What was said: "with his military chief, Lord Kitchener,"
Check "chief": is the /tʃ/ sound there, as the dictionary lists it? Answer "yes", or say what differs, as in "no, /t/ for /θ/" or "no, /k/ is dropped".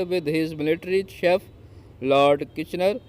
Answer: no, /ʃ/ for /tʃ/